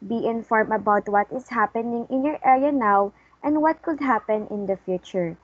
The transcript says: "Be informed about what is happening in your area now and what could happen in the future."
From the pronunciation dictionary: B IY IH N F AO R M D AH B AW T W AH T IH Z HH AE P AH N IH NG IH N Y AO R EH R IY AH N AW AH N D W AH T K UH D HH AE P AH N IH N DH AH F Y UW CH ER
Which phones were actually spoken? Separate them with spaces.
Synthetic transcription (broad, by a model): B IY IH N F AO R M AH B AW T W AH T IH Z HH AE P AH N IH NG IH N Y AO R EH R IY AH N AW AH N D W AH T K UH D HH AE P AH N IH N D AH F Y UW CH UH